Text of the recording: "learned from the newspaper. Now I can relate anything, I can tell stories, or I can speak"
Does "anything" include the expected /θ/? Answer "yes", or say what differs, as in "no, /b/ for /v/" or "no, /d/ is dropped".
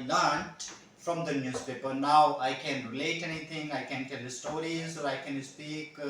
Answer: no, /t/ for /θ/